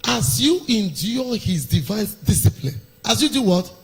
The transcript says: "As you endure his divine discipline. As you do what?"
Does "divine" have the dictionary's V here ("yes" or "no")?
yes